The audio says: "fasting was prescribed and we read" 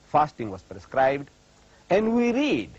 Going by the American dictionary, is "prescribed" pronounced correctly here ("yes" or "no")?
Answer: yes